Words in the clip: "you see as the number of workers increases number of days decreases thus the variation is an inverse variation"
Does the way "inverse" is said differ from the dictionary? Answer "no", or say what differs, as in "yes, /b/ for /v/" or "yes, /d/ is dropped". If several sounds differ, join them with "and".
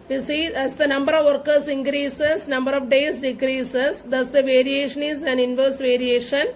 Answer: no